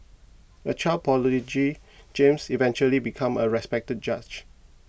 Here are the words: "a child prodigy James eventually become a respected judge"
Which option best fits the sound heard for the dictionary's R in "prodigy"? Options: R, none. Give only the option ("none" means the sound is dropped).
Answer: none